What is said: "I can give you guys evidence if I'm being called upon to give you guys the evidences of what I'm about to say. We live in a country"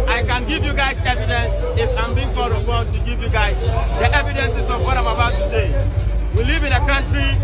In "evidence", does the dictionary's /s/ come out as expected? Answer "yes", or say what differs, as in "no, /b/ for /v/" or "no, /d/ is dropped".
yes